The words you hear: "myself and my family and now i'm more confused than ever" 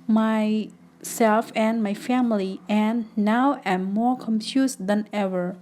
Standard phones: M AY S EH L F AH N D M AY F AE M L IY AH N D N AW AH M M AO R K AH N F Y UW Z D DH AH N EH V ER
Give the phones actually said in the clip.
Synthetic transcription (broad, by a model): M AY S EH L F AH N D M AY F AE M L IY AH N N AW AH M M AO R K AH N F Y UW S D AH N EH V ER